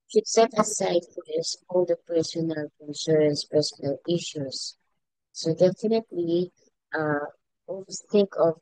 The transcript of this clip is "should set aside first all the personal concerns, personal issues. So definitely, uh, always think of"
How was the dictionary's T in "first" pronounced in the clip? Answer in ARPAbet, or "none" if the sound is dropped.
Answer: none